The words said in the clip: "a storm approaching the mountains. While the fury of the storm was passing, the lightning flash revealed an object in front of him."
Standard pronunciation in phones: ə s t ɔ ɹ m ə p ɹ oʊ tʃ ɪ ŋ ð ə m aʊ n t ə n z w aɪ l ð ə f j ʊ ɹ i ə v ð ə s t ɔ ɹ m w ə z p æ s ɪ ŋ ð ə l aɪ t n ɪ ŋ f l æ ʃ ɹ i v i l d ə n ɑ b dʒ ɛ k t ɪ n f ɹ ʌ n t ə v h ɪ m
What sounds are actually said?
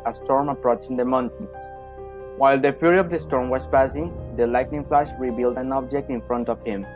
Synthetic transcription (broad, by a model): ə s t ɔ ɹ m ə p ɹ oʊ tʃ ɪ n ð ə m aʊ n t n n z w aɪ l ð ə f j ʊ ɹ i ə v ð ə s t ɔ ɹ m w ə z p æ s ɪ ŋ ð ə l aɪ t n ɪ ŋ f l æ ʃ ɹ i b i l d ə n ɑ b dʒ ɛ k t ɪ n f ɹ ʌ n t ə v h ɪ m